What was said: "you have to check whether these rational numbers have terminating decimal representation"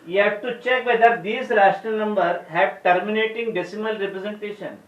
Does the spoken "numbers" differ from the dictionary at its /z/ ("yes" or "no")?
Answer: yes